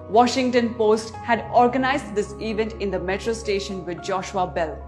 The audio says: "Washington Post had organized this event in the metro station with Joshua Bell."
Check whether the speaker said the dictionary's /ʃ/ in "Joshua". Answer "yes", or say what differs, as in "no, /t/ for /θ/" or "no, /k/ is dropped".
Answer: yes